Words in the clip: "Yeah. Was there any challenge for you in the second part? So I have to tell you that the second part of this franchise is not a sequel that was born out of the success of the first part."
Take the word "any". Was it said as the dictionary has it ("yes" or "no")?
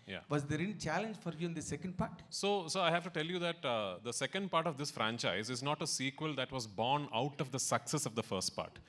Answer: no